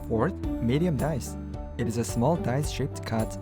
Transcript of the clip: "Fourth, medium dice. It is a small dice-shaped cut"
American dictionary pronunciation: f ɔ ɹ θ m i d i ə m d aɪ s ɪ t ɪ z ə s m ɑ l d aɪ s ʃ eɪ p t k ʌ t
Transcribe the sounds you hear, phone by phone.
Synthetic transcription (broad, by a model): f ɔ ɹ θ m i d i ə m d aɪ s ɪ t ɪ z ə s m ɑ l d aɪ s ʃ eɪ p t k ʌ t